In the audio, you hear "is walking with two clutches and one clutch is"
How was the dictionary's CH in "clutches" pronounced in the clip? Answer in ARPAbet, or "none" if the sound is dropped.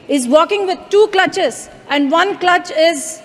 CH